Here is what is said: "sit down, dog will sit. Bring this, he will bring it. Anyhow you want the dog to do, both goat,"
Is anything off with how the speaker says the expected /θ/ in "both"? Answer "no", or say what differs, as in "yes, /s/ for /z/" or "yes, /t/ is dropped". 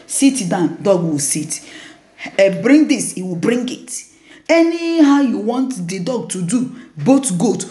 yes, /t/ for /θ/